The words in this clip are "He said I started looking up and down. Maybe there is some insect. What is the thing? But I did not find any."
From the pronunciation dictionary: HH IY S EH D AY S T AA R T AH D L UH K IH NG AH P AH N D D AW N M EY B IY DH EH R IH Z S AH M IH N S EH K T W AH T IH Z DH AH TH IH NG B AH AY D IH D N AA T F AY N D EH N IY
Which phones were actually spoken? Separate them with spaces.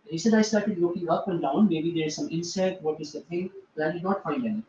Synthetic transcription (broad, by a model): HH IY S EH D AY S T AA R T AH D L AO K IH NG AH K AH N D D AW N M EY B IY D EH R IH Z S AH M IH N S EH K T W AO T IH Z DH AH T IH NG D AY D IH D N AA T F AY N D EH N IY